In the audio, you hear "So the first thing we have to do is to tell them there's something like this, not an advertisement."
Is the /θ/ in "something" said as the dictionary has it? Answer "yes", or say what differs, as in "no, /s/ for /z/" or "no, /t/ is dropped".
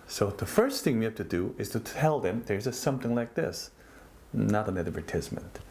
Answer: yes